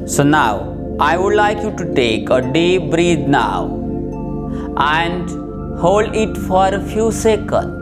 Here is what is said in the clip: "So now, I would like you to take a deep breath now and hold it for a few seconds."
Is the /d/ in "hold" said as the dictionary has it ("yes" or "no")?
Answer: yes